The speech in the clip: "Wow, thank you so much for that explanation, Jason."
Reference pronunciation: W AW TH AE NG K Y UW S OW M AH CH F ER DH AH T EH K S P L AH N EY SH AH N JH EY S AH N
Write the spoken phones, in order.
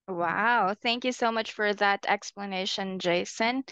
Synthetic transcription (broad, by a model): W AW TH AE NG K Y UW S OW M AH CH F ER DH AH T EH K S P L AH N EY SH AH N JH EY S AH N